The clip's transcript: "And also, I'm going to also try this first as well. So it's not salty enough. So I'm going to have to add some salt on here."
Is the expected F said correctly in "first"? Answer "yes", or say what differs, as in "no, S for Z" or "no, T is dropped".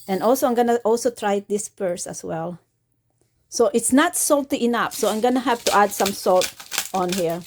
no, P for F